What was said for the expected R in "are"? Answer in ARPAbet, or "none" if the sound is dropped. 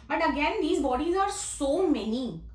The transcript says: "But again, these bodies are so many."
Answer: R